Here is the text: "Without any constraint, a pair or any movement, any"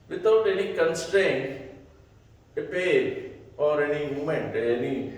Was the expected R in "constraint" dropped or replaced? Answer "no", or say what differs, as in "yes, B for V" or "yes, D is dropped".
no